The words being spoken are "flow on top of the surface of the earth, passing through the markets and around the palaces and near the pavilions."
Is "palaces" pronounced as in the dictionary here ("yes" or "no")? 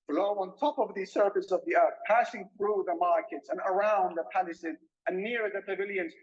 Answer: no